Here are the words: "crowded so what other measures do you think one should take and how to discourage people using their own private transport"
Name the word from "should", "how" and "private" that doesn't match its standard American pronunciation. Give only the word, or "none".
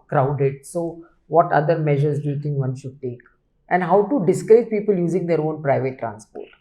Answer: none